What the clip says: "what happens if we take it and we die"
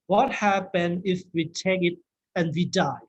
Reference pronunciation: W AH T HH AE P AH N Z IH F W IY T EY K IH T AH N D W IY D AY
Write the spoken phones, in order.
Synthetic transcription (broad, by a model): W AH T HH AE P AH N IH F W IY T EY K IH T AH N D W IY D AY